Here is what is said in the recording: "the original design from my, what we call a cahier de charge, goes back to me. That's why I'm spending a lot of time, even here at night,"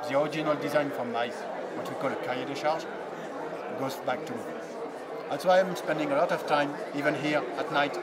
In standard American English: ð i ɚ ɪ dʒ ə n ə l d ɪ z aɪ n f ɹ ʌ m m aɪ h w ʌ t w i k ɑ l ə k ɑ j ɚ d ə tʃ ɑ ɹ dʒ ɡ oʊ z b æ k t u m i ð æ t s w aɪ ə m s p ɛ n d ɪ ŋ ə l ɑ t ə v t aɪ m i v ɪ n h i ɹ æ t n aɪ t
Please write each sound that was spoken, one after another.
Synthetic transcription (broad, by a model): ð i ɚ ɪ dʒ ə n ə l d ɪ z aɪ n f ɹ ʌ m m aɪ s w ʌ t w i k ɑ l ə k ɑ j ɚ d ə ʃ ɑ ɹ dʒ ɡ oʊ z b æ k t u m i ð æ t s w aɪ ə m s p ɛ n d ɪ ŋ ə l ɑ t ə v t aɪ m i v ɪ n h i ɹ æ t n aɪ t